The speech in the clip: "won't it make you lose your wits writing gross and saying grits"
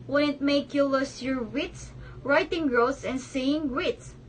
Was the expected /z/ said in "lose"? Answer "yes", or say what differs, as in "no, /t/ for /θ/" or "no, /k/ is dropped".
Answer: no, /s/ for /z/